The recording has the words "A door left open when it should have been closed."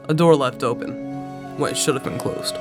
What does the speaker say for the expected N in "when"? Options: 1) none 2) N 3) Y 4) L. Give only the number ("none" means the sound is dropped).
1